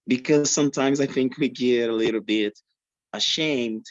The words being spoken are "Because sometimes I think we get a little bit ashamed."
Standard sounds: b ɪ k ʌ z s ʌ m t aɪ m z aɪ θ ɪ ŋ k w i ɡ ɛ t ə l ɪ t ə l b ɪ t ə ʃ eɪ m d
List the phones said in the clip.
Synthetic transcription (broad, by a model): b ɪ k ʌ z s ʌ m t aɪ m z aɪ θ ɪ ŋ k w i ɡ ɛ t ə l ɪ t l b ɪ t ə ʃ eɪ m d